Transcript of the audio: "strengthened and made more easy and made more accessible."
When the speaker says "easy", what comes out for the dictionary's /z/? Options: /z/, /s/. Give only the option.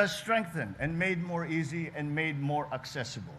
/z/